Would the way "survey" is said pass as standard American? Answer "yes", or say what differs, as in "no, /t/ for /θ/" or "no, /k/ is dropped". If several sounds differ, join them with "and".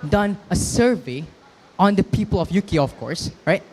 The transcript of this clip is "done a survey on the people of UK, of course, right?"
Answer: yes